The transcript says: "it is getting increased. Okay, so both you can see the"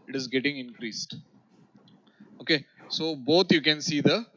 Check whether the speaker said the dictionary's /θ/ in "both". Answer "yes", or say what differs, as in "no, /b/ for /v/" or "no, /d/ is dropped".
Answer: no, /t/ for /θ/